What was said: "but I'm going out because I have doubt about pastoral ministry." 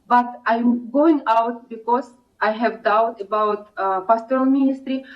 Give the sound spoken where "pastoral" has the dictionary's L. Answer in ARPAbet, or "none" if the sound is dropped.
N